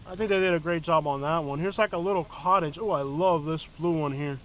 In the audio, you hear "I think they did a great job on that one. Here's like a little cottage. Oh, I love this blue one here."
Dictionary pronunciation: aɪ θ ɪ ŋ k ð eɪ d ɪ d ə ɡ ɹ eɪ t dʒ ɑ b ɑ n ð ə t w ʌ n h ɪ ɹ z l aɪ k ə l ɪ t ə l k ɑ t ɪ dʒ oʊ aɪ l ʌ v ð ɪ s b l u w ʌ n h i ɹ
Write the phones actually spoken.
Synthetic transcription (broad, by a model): aɪ θ ɪ ŋ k ð eɪ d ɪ d ə ɡ ɹ eɪ t dʒ ɑ b n ð ə t w ʌ n h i ɹ z l aɪ k ə l ɪ t l k ɑ t ɪ dʒ oʊ aɪ l ʌ v ð ɪ s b l u w ʌ n h i ɹ